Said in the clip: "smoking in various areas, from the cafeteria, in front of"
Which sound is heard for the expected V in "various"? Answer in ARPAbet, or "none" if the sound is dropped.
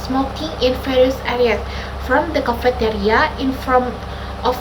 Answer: F